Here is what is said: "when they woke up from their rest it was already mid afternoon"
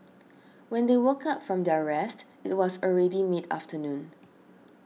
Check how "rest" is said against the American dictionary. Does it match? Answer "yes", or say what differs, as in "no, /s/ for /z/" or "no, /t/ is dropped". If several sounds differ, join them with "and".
yes